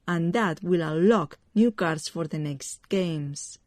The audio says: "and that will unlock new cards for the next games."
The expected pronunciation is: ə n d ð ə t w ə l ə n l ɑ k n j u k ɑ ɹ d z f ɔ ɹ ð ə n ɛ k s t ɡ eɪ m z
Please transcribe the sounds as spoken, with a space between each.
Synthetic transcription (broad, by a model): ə n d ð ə t w ə l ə l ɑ k n j u k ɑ ɹ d s f ɔ ɹ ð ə n ɛ k s t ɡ eɪ m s